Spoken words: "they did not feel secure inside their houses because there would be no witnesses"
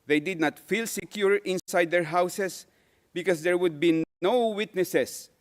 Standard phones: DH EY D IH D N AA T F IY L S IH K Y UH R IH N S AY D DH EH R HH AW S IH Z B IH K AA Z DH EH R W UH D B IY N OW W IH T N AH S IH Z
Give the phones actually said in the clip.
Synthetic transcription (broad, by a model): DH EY D IH D N AA T F IY L S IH K Y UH R IH N S AY D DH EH R HH AW S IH S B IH K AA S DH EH R W UH D B IY N OW W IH T N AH S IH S